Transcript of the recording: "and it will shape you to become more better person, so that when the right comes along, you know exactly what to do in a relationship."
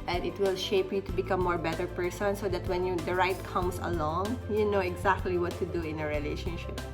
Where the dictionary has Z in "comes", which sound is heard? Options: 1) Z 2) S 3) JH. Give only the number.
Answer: 2